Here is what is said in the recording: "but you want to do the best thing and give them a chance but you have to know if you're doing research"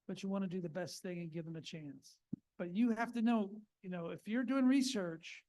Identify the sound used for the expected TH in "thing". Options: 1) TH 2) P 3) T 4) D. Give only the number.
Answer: 1